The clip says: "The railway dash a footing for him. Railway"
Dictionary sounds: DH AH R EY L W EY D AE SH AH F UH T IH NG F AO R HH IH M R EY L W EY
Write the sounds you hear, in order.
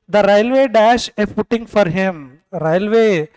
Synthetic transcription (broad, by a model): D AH R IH L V EY D AE SH AH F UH T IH NG F AO R HH IH M R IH L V EY